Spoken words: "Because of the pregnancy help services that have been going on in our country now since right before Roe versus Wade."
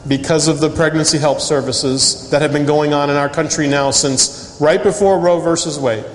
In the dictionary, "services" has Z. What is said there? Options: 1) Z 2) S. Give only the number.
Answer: 1